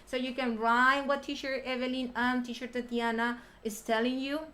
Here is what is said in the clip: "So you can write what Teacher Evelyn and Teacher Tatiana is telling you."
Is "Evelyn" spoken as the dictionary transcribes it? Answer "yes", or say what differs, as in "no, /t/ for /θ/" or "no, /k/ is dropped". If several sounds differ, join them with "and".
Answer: yes